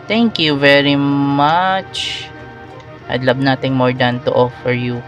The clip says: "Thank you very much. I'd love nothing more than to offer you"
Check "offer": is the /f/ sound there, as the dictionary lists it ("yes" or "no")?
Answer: yes